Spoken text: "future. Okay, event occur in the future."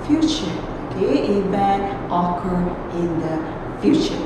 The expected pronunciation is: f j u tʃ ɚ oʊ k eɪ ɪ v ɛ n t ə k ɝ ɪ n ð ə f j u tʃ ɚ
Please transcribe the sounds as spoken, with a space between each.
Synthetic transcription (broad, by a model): f j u tʃ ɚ oʊ k eɪ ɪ b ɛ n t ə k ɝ ɪ n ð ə f j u tʃ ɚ